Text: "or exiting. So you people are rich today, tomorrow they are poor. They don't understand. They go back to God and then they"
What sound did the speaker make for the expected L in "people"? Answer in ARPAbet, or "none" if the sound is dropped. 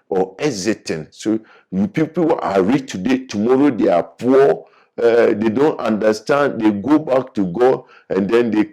W